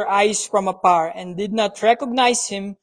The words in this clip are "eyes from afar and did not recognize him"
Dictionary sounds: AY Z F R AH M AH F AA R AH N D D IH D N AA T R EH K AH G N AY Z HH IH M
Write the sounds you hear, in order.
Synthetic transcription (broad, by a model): AY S F R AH M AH P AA R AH N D D IH D N AA T R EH K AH G N AY S HH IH M